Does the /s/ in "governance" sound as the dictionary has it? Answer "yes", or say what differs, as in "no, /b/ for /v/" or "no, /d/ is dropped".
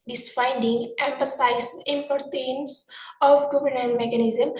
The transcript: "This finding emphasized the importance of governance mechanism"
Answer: no, /s/ is dropped